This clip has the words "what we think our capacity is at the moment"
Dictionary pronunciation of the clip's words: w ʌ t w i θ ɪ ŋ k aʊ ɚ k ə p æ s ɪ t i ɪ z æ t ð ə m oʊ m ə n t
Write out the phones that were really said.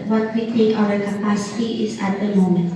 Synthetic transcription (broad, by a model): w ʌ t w i t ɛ k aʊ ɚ k ə p æ s ɪ t i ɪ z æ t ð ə m oʊ m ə n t